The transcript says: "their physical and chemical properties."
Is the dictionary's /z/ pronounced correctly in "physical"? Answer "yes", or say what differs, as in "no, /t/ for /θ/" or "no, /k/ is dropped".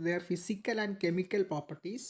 no, /s/ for /z/